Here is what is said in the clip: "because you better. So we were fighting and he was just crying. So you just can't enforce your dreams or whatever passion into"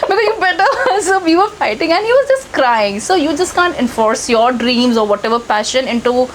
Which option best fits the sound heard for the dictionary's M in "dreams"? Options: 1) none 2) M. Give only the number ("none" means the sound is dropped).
2